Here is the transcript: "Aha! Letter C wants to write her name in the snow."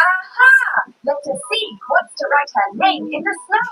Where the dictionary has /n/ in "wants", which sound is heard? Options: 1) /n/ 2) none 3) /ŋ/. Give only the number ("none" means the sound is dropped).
2